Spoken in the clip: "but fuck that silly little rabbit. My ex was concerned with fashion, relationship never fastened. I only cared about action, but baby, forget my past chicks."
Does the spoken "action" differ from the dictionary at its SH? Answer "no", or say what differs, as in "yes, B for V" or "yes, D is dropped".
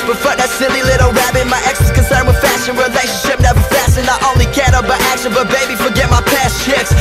yes, S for SH